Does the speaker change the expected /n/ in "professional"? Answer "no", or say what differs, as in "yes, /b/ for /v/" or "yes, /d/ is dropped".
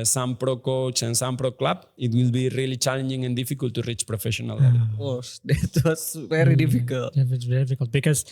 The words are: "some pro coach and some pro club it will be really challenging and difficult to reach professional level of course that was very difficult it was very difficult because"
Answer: yes, /n/ is dropped